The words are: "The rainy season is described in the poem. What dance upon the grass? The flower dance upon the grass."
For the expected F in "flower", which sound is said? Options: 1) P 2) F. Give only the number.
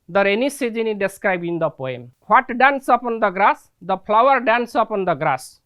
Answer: 1